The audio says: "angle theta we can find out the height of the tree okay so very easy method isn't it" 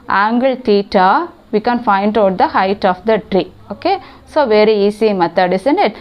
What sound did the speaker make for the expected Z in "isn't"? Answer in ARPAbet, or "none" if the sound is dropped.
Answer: S